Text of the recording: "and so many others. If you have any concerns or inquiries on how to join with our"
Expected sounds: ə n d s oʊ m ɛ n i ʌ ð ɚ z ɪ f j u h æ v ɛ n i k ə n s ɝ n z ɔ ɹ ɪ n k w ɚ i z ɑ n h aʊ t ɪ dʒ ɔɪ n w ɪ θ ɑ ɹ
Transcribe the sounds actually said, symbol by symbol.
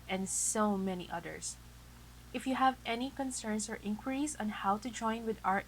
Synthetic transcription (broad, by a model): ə n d s oʊ m ɛ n i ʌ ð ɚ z ɪ f j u h æ v ɛ n i k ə n s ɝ n s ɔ ɹ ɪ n k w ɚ i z ɑ n h aʊ t ɪ dʒ ɔɪ n w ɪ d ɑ ɹ